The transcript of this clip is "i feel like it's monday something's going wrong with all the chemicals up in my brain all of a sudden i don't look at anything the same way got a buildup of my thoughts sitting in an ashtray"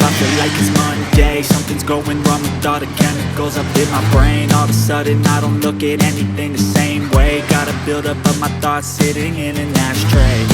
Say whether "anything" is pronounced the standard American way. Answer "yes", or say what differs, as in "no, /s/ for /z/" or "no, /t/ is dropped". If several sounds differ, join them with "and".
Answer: yes